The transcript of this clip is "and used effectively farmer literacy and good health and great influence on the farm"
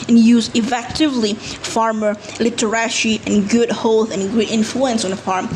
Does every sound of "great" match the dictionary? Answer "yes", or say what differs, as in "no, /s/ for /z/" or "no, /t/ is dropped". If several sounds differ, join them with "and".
no, /ɹ/ is dropped